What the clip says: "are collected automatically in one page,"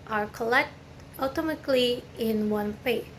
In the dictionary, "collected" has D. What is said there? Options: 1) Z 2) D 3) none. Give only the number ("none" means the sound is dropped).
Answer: 3